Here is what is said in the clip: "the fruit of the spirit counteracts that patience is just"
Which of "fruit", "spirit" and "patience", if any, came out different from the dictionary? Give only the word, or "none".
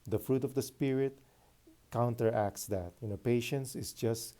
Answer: none